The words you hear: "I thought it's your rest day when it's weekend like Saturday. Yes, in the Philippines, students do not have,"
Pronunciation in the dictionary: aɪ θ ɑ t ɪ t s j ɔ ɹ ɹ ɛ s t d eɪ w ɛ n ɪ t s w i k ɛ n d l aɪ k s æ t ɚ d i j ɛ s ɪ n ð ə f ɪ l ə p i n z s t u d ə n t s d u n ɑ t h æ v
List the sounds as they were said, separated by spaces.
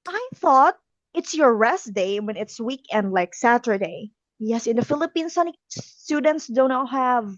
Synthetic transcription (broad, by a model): aɪ θ ɑ t ɪ t s j ɔ ɹ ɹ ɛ s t d eɪ w ɛ n ɪ t s w i k ɛ n d l aɪ k s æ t ɚ d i j ɛ s ɪ n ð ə f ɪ l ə p i n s s t u d ə n t s d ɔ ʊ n h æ v